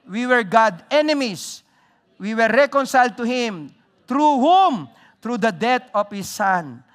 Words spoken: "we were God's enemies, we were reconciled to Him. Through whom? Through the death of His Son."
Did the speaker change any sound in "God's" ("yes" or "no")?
yes